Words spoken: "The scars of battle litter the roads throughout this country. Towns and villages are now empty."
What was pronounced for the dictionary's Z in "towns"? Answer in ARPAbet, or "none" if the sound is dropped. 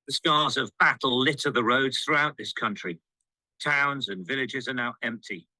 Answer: Z